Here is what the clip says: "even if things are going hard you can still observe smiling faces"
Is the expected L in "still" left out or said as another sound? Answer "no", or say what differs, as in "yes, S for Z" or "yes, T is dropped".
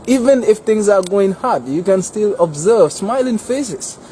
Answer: no